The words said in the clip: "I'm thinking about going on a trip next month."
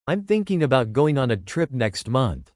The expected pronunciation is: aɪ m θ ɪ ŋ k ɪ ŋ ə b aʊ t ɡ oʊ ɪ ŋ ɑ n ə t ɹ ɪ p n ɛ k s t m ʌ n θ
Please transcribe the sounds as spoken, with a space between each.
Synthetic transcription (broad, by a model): aɪ m θ ɪ ŋ k ɪ ŋ ə b aʊ t ɡ oʊ ɪ ŋ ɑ n ə t ɹ ɪ p n ɛ k s t m ʌ n θ